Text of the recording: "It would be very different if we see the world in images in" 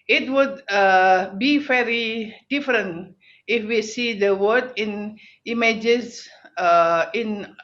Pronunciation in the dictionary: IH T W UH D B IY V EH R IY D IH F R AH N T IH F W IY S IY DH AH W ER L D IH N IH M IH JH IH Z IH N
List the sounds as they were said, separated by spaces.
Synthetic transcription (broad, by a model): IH T W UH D B IY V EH R IY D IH F R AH N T IH F W IY S IY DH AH W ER D IH N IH M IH JH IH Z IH N